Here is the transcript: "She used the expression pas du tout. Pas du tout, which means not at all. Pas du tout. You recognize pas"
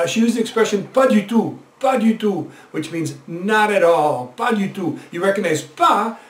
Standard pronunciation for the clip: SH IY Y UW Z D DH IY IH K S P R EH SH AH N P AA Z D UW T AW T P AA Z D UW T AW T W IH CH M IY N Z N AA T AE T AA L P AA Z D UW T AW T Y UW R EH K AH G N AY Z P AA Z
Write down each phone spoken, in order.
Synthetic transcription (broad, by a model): SH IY Y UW Z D DH IY IH K S P R EH SH AH N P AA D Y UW T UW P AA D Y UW T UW W IH CH M IY N Z N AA T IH T AA L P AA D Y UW T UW Y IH R EH K AH G N AY Z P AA